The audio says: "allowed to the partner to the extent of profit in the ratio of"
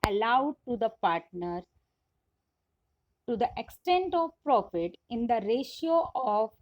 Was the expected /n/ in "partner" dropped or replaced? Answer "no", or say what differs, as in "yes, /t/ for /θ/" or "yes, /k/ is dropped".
no